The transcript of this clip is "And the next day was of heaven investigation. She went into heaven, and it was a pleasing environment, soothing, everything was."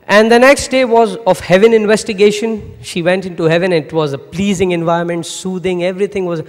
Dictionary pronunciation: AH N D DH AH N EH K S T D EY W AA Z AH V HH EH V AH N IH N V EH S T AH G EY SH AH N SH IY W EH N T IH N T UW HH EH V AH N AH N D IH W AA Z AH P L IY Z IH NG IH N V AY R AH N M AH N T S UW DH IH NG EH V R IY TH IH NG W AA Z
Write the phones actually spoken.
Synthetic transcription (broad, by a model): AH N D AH N EH K S T D EY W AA Z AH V HH EH V AH N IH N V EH S T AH G EY SH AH N SH IY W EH N T IH N T UW HH EH V AH N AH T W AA Z AH P L IY Z IH NG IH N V AY AH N M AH N T S UW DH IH NG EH V R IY T IH NG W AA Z